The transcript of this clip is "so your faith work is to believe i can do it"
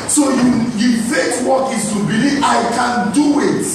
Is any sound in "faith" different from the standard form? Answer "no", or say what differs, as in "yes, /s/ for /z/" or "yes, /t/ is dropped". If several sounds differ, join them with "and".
yes, /s/ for /θ/